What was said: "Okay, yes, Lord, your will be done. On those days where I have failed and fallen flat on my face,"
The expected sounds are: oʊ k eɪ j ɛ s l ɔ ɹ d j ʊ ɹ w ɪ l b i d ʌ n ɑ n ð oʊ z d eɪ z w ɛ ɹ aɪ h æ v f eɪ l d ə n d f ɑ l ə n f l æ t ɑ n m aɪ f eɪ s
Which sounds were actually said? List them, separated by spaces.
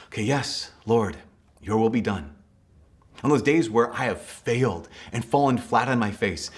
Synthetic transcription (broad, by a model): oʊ k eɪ j ɛ s l ɔ ɹ d j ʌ ɹ w ɪ l b i d ʌ n n ð oʊ z d eɪ z w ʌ ɹ aɪ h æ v f eɪ l d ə n f ɑ l ə n f l æ t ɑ n m aɪ f eɪ s